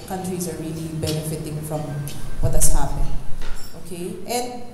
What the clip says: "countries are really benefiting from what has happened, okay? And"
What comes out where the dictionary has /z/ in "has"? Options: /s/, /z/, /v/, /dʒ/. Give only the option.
/s/